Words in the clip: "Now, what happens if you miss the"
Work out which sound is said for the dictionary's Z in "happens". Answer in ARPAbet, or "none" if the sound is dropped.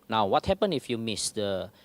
none